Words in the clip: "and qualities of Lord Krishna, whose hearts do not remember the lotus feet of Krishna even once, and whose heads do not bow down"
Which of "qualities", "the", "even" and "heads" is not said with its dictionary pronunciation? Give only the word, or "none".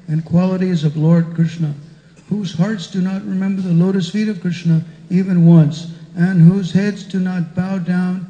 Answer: none